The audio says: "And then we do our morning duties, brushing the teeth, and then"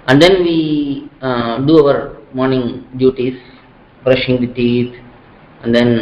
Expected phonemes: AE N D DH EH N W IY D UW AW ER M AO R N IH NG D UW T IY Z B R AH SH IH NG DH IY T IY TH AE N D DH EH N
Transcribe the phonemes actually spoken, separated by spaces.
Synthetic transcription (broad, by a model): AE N D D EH N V IY D UW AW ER M AO R N IH NG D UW T IY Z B R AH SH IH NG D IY T IY T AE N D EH N